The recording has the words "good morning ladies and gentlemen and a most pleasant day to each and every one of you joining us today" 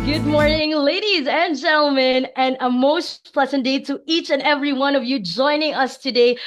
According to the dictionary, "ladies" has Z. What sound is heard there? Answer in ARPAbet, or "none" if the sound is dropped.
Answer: Z